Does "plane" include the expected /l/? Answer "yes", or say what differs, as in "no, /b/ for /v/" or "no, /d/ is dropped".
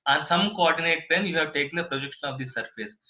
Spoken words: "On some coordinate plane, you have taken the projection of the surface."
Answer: no, /l/ is dropped